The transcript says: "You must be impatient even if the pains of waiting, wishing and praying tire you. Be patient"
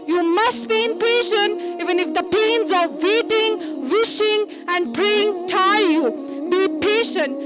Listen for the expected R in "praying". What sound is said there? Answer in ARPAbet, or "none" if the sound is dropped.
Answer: R